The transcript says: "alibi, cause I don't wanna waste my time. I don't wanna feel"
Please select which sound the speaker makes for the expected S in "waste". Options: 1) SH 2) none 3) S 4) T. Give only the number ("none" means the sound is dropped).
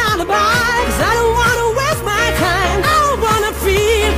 2